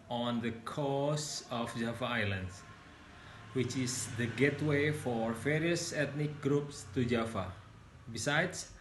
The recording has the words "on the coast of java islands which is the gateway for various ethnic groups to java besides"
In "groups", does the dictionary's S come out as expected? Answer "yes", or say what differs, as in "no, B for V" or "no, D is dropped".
yes